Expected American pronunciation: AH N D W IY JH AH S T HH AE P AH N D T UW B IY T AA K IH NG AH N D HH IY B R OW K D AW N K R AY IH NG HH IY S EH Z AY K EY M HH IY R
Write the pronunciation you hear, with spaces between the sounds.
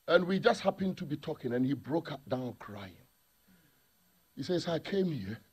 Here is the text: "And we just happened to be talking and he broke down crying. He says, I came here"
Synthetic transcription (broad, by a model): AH N W IY JH AH S T HH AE P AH N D T UW B IY T AA K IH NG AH N HH IY B R OW K D AW N K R AY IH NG HH IY S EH S AY K EY M HH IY